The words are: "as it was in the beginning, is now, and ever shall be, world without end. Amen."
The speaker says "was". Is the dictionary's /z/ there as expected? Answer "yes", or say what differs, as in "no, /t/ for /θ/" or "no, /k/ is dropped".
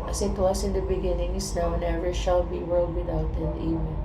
no, /s/ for /z/